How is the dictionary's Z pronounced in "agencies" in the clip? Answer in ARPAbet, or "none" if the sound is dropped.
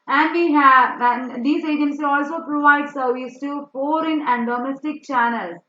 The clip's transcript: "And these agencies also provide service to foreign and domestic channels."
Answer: none